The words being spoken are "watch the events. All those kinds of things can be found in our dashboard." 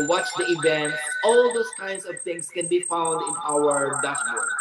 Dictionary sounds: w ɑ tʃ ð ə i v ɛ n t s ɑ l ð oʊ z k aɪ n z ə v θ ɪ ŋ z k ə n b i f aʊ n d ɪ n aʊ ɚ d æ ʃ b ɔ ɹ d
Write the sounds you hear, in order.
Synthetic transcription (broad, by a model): w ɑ tʃ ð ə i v ɛ n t ɑ l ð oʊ s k aɪ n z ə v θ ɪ ŋ s k ə n b i f aʊ n d ɪ n aʊ ɚ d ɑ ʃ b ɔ